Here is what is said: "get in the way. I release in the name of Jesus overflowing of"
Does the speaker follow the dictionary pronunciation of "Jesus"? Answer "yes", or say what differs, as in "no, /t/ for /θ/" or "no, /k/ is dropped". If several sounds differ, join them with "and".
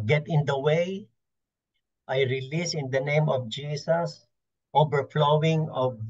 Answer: no, /s/ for /z/